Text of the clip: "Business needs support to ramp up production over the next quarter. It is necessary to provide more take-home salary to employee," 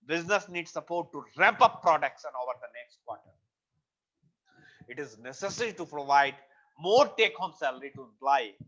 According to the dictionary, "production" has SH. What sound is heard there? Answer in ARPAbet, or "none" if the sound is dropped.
S